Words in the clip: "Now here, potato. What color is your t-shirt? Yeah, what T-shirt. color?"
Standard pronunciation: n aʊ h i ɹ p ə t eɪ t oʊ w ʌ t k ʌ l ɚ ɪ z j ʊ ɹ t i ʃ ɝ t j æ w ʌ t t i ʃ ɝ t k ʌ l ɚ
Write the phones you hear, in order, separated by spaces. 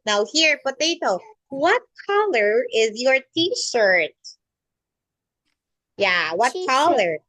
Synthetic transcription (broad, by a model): n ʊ h i ɹ b ə t eɪ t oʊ w ʌ t k ʌ l ɚ ɪ z j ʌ ɹ t i ʃ ɝ t j æ w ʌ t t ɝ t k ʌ l ɚ